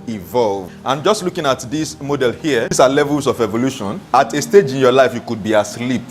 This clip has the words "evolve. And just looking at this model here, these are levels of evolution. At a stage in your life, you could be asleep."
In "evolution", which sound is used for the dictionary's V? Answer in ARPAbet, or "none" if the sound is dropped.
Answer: V